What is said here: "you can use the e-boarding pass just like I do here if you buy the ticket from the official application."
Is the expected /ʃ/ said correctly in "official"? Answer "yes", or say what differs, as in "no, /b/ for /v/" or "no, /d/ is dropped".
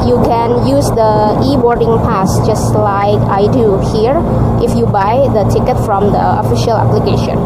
yes